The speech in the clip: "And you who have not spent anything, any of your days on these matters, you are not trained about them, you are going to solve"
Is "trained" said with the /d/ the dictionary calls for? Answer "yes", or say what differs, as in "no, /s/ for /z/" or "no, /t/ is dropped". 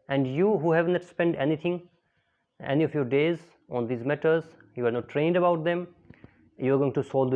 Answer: yes